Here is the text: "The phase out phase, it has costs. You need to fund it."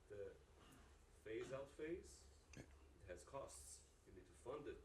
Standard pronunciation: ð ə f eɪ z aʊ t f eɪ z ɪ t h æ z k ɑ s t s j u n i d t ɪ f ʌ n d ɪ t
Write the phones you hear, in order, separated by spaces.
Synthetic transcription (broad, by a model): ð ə f eɪ z aʊ t f eɪ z ɪ t h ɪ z k ɑ s t s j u n i d t ɪ f ʌ n d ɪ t